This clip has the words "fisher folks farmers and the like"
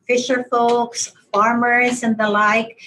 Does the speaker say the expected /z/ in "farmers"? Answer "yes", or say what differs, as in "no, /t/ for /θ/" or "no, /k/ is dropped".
yes